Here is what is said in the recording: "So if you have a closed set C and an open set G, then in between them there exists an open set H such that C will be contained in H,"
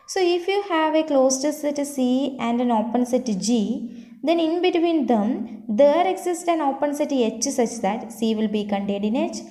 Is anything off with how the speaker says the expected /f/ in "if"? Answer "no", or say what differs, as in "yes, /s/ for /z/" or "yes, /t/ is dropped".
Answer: no